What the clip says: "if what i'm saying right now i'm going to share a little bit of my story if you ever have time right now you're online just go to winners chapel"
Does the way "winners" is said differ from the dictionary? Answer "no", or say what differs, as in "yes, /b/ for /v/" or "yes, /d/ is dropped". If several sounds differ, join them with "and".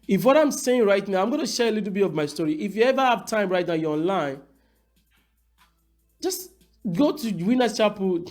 yes, /z/ is dropped